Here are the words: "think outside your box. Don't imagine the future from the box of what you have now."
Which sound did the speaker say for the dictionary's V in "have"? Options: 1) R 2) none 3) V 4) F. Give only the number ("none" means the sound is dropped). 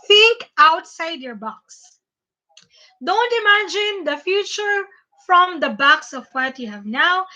3